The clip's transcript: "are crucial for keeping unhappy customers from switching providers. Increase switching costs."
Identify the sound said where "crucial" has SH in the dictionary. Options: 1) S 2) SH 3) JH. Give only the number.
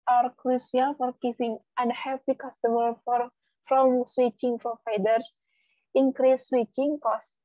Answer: 1